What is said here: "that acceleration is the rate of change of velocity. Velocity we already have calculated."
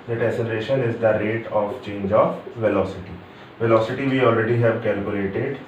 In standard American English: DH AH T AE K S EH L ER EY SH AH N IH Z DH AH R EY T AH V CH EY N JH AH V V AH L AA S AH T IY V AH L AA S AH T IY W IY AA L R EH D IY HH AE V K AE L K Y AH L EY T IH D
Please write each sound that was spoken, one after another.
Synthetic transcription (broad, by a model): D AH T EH S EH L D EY SH AH N IH Z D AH R EY T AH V CH EY N JH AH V V AH L AA S AH T IY V AH L AA S AH T IY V IY AA L R EH D IY HH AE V K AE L K Y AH L EY T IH D